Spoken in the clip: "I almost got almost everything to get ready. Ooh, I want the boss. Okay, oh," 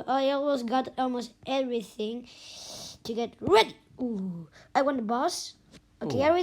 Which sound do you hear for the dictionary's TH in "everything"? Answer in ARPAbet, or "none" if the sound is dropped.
TH